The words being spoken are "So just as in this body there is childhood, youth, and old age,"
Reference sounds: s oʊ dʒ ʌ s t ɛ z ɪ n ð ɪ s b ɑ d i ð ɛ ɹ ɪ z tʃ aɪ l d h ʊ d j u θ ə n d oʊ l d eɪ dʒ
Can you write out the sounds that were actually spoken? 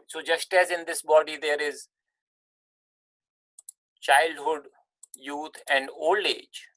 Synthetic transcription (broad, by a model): s oʊ dʒ ʌ s t ɛ z ɪ n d ɪ s b ɑ d i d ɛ ɹ ɪ z tʃ aɪ l d h ʊ d j u t ə n d oʊ l d eɪ dʒ